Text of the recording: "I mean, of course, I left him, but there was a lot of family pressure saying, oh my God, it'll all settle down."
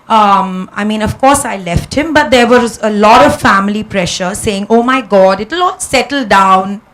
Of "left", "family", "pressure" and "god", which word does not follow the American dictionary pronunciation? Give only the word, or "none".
none